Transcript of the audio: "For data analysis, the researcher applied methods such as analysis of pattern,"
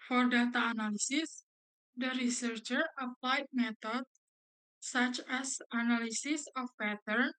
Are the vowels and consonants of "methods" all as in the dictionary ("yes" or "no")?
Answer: no